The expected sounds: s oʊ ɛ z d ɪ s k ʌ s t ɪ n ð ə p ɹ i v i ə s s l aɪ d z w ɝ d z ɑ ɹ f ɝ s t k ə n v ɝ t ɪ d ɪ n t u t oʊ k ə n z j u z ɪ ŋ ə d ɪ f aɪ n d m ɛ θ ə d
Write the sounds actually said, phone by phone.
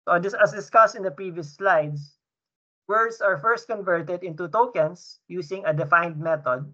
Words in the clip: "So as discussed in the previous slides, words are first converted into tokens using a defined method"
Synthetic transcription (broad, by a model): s oʊ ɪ s d ɪ s k ʌ s t ɪ n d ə p ɹ i v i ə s s l aɪ d s w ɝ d s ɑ ɹ f ɝ s t k ə n v ɝ t ɪ d ɪ n t u t oʊ k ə n s j u s ɪ ŋ ə d ɪ f aɪ n d m ɛ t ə d